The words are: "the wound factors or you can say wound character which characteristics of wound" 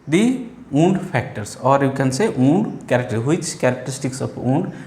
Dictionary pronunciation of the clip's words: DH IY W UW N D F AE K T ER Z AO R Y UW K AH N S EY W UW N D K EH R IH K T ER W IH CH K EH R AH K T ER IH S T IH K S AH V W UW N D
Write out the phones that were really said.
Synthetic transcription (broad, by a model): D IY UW N D P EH K T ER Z AO R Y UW K AH N S EY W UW N D K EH R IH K T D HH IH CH K EH R AH K T ER IH S T IH K S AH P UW N D